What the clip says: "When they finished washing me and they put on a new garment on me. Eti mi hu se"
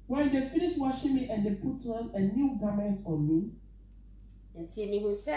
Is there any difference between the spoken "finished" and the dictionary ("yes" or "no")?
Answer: yes